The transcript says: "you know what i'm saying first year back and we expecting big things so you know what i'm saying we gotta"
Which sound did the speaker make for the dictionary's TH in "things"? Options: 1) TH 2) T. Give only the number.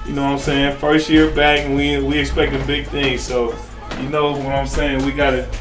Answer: 1